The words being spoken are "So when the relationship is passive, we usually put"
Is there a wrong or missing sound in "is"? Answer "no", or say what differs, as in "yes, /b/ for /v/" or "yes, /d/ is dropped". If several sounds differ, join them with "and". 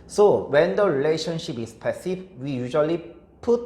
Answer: yes, /s/ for /z/